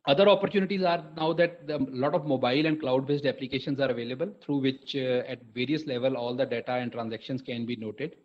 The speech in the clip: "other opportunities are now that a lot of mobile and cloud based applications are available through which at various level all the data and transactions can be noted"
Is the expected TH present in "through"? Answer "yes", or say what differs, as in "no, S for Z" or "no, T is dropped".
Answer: no, T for TH